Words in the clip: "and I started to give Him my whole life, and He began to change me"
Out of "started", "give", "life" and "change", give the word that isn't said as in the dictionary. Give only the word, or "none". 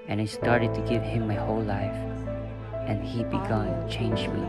none